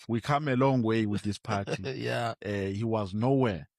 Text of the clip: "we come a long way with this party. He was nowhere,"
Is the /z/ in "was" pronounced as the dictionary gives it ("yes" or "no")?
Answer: yes